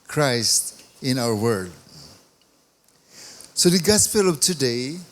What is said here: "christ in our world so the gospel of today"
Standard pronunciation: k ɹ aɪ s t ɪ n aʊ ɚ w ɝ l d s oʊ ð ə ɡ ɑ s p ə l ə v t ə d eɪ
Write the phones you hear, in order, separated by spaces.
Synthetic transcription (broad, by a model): k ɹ aɪ s t ɪ n aʊ ɚ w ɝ d s oʊ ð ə ɡ ɑ s p ə l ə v t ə d eɪ